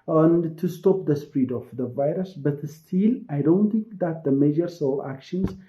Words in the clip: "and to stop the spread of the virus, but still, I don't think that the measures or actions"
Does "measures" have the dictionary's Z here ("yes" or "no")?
no